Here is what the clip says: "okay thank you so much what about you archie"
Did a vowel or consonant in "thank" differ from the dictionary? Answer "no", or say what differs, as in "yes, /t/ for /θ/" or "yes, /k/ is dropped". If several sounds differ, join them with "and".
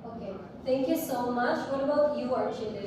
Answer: yes, /t/ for /θ/